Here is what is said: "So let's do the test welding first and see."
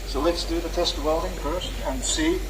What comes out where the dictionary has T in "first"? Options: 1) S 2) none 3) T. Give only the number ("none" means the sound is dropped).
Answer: 2